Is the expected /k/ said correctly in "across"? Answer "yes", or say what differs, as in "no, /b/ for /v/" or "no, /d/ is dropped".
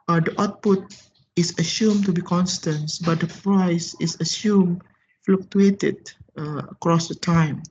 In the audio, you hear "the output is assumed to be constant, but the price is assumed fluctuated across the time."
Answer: yes